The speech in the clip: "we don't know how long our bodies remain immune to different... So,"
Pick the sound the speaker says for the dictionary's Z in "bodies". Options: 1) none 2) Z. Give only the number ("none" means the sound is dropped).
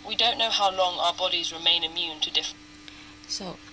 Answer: 2